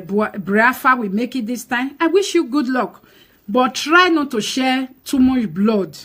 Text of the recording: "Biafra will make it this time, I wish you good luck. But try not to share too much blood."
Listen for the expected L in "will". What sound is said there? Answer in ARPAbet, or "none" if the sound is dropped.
W